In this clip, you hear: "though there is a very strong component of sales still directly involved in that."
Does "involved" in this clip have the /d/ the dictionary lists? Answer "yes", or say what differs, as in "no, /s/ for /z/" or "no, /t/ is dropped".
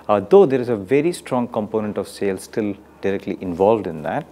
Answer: yes